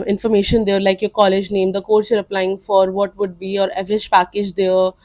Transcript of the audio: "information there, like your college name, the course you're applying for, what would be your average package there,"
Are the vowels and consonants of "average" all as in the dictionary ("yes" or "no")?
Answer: no